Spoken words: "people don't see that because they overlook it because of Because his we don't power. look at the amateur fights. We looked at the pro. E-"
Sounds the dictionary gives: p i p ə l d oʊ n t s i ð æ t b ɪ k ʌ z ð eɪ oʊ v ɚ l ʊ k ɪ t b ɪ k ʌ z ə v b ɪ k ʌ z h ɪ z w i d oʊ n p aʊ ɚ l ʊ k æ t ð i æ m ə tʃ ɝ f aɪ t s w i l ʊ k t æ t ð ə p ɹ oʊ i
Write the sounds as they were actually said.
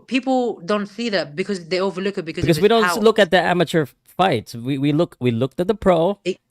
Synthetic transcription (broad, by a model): p i p l d oʊ n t s i ð æ t b ɪ k ʌ z ð eɪ oʊ v ɚ l ʊ k ɪ t b ɪ k ʌ z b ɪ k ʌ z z w i d oʊ n l ʊ k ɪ t ð i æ m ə tʃ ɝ f aɪ t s w i l ʊ k t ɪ t ð ə p ɹ oʊ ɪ